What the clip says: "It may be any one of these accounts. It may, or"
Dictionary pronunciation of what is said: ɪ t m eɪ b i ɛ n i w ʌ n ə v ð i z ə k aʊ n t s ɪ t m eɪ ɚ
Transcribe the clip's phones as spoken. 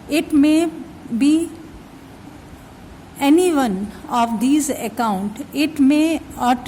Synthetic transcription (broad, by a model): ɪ t m eɪ b i ɛ n i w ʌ n ə v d i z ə k aʊ n t ɪ t m eɪ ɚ